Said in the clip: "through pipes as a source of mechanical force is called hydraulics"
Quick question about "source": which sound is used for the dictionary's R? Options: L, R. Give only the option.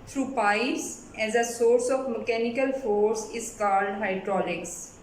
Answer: R